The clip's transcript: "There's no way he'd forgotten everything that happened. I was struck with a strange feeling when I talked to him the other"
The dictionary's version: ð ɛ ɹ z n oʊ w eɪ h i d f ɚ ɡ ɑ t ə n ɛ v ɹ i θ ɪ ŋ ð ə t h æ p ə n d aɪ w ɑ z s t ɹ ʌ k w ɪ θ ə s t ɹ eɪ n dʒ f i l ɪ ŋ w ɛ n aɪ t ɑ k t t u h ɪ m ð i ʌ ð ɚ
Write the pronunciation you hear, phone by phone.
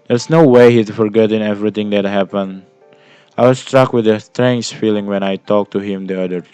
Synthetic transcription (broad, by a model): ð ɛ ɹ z n oʊ w eɪ h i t f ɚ ɡ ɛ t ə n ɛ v ɹ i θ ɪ ŋ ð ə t h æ p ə n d aɪ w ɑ s t ɹ ʌ k w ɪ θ ə s t ɹ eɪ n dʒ f i l ɪ ŋ w ɛ n aɪ t ɑ k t t u h ɪ m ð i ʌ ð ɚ